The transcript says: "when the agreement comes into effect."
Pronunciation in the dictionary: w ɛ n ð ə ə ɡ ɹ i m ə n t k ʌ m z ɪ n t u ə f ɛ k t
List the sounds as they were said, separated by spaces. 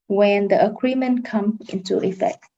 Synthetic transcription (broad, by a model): w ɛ n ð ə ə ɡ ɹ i m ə n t k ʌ m ɪ n t u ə f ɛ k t